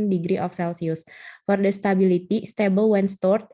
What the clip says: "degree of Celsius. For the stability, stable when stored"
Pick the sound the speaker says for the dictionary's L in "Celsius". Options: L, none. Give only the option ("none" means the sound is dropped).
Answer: L